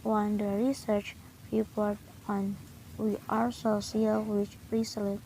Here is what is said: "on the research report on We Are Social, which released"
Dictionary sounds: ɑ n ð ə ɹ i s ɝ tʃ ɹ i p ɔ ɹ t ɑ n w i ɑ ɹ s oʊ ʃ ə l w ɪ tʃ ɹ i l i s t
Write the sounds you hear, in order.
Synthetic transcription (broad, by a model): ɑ n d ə ɹ i s ɝ tʃ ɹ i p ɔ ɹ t ɑ n w i ɑ ɹ s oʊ s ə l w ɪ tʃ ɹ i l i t